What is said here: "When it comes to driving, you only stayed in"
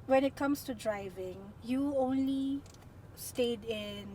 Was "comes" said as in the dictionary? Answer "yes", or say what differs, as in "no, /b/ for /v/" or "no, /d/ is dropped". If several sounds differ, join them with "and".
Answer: no, /s/ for /z/